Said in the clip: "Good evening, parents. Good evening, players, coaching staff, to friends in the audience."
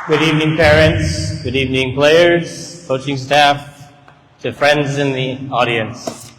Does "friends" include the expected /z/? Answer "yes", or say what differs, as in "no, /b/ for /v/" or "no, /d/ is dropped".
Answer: yes